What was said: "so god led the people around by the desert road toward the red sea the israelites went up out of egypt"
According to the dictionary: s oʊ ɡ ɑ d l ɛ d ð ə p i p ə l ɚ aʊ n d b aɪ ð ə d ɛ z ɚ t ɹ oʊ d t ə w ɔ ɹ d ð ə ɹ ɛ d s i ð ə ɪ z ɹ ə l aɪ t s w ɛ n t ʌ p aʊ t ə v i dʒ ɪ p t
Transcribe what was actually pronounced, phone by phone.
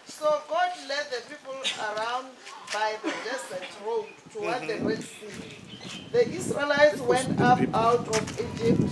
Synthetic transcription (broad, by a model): s oʊ ɡ ɑ d l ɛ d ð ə p i p ə l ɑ aʊ n d b aɪ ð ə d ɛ s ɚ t ɹ oʊ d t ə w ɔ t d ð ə w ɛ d s i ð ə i s ɹ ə l aɪ t s w ɛ n t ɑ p aʊ t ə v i dʒ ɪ p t